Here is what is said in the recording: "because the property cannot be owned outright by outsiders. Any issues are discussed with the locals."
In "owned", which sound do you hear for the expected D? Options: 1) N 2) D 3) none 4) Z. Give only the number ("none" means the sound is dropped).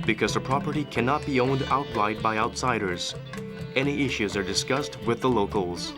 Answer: 2